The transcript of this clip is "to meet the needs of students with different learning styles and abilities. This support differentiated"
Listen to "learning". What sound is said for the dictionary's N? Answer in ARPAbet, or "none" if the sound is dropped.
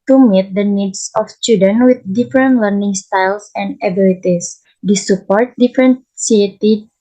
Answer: N